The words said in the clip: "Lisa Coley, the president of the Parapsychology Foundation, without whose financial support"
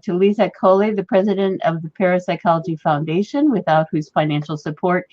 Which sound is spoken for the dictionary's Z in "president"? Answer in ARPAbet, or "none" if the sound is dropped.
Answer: Z